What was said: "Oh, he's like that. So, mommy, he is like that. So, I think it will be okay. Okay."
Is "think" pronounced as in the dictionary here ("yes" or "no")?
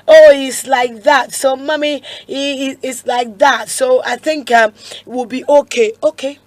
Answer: yes